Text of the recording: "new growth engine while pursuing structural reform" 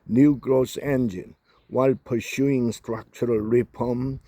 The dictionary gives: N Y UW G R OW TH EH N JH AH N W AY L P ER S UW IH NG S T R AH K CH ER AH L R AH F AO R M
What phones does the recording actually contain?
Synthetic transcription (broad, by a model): N Y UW G R OW S EH N JH AH N W AY L P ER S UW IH NG S T R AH K CH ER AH L R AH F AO M